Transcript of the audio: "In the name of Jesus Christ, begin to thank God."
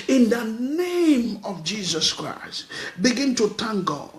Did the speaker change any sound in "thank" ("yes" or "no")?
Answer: yes